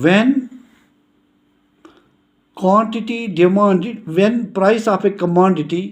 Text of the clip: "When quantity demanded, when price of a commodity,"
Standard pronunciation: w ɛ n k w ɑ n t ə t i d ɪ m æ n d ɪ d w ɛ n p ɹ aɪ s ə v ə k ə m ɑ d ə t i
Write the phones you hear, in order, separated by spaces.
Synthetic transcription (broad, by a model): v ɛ n k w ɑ n t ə t i d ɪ m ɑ n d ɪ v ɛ n p ɹ aɪ s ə p ə k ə m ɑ d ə t i